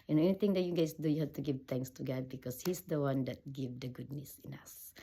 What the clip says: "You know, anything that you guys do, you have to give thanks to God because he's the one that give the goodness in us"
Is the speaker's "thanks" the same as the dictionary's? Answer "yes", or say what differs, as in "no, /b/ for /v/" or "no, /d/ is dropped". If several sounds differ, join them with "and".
no, /t/ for /θ/